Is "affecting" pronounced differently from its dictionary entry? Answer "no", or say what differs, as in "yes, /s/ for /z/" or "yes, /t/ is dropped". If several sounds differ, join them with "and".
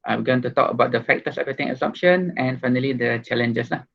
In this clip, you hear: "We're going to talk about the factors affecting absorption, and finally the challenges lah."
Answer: yes, /k/ is dropped